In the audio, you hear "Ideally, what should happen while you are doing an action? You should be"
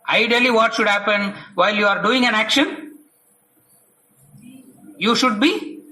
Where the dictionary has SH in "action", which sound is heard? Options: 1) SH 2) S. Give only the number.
1